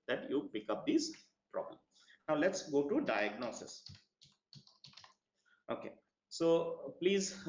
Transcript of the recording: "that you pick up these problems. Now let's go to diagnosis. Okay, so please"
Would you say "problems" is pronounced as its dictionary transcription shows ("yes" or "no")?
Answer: no